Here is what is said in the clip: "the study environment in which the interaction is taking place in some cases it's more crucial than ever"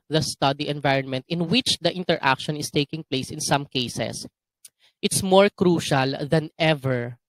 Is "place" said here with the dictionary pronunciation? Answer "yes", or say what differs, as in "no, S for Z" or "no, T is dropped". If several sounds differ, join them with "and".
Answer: yes